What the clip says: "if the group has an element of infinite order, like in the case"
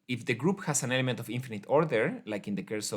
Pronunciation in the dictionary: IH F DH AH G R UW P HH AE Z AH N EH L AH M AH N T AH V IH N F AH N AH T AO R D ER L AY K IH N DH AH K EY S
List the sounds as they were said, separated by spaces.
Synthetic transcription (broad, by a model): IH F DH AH G R UW P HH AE S AH N EH L AH M AH N T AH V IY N F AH N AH T AO R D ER L AY K IH N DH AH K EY S